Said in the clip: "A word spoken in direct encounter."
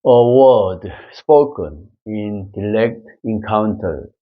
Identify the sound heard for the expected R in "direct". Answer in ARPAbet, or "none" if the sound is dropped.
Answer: L